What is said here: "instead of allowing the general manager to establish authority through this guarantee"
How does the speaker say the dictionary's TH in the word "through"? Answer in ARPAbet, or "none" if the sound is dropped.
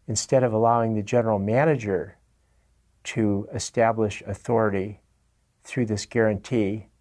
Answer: TH